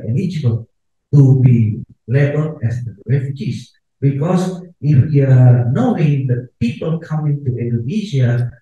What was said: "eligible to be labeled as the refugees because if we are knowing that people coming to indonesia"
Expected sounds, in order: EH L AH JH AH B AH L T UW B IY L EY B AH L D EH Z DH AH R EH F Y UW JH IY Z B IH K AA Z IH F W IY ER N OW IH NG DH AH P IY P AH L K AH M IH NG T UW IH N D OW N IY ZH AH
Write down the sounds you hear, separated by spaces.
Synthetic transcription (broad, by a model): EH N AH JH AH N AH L T UW B IY L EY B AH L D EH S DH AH R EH F Y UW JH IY S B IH K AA S IH F W IY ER N OW IH NG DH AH P IY P AH L K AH M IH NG T UW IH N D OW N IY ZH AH